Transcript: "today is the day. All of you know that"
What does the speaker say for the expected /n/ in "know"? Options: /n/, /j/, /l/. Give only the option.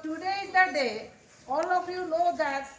/l/